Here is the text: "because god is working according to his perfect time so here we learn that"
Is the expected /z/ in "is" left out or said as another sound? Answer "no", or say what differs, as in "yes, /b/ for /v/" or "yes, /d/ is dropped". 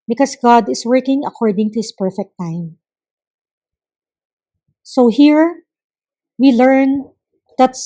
yes, /s/ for /z/